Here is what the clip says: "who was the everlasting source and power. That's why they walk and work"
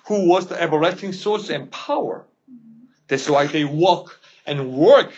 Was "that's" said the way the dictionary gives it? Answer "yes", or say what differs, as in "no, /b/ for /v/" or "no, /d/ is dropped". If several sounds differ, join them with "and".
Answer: no, /s/ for /t/